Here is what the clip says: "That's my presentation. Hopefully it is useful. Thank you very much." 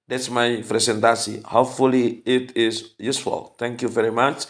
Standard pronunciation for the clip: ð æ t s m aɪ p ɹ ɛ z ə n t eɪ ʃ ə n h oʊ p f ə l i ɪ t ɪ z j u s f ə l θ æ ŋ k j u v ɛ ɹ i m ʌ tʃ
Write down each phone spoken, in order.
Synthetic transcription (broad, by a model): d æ t s m aɪ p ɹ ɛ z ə n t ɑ s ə h oʊ p f ə l i ɪ t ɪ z j u s f ə l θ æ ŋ k j u v ɛ ɹ i m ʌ tʃ